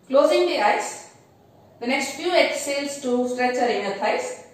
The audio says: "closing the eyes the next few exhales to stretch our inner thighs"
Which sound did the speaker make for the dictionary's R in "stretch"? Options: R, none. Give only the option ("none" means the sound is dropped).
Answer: R